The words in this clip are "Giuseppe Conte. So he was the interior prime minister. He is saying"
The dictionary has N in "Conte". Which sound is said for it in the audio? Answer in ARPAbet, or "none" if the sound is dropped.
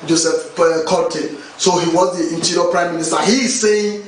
none